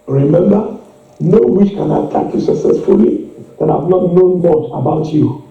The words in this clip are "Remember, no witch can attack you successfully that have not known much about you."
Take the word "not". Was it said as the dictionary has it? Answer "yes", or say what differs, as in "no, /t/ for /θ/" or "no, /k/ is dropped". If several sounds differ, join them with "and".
no, /l/ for /n/